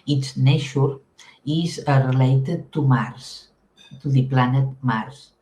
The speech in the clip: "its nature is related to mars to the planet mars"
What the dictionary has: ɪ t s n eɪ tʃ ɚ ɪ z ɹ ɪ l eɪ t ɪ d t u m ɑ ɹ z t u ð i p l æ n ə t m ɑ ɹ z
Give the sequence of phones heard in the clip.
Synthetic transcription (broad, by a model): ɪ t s n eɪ ʃ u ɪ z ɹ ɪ l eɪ t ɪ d t u m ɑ ɹ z t u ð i p l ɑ n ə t m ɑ ɹ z